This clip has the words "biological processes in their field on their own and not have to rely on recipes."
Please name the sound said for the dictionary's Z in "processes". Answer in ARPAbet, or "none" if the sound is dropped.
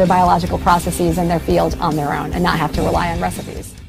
Z